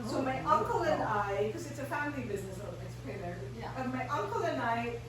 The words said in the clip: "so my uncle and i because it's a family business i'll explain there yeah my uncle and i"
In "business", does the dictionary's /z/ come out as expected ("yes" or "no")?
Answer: yes